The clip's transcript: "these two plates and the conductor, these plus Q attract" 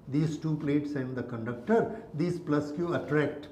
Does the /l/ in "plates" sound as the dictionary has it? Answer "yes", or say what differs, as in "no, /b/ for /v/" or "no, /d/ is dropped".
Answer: yes